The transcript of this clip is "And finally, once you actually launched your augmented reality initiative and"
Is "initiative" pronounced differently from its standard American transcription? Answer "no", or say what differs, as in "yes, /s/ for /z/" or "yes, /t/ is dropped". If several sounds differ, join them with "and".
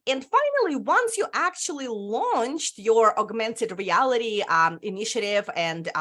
no